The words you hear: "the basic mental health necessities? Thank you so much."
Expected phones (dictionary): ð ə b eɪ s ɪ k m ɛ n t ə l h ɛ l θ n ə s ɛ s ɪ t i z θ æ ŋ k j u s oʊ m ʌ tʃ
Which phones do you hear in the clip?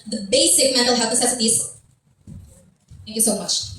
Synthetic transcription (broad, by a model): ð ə b eɪ s ɪ k m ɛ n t l h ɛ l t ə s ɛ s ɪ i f θ æ ŋ k j u s oʊ m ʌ tʃ